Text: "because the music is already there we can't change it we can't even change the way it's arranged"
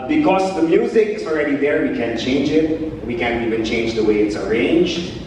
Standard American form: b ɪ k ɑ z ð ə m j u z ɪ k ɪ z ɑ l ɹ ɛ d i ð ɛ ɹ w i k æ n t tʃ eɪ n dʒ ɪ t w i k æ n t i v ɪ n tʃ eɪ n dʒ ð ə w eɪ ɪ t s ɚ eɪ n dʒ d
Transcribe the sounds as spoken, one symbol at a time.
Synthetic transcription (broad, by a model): b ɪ k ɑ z ð ə m j u z ɪ k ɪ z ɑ l ɹ ɛ d i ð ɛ ɹ w i k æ n tʃ eɪ n dʒ ɪ t w i k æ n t i v ɪ n tʃ eɪ n dʒ ð ə w eɪ ɪ t s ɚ eɪ n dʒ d